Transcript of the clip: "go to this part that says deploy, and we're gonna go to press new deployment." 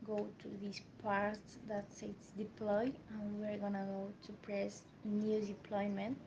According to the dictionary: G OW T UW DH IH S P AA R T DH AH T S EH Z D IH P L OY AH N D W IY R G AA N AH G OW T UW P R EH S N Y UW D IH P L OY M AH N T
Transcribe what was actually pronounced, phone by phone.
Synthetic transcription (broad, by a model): G OW T UW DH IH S P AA R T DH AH T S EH S D IH P L OY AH N W IY R G AA N AH G OW T UW P R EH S N Y UW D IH P L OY M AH N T